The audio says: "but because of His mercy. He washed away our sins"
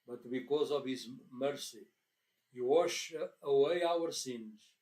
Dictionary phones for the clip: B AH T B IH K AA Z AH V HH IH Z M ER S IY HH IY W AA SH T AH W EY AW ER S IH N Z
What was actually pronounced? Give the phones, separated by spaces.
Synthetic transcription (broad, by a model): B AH T B IH K AA Z AH V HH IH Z M ER S IY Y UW W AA SH AH W EY AW ER S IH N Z